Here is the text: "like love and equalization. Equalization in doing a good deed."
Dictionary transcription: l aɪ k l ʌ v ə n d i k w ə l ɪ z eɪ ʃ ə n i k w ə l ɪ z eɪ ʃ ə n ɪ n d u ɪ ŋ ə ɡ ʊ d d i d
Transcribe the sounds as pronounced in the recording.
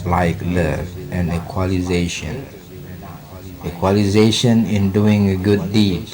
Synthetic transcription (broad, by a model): l aɪ k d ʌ ə n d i k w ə l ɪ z eɪ ʃ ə n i k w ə l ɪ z eɪ ʃ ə n ɪ n d u ɪ ŋ ə ɡ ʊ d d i